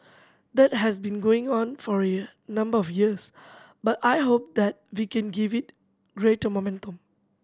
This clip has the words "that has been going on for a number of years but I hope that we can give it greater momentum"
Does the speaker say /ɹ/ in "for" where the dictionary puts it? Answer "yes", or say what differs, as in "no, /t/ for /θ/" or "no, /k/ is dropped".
yes